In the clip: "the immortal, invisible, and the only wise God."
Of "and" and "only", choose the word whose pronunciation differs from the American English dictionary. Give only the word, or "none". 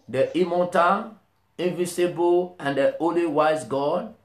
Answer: only